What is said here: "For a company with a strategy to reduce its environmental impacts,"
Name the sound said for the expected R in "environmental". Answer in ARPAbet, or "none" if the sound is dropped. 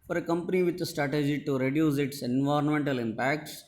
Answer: R